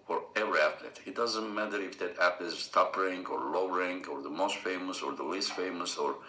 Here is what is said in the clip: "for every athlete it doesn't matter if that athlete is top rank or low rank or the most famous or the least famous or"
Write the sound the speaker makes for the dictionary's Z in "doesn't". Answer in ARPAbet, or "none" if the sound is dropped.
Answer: Z